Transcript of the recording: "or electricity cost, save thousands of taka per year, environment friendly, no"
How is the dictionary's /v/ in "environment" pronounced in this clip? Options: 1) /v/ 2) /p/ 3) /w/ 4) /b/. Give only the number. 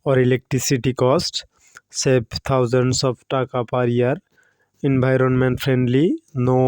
4